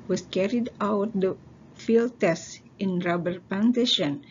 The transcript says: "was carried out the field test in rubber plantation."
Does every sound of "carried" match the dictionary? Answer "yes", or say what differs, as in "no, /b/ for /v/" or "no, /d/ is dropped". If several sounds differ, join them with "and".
yes